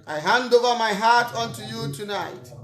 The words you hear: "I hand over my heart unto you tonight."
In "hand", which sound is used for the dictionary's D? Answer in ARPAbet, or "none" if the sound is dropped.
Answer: D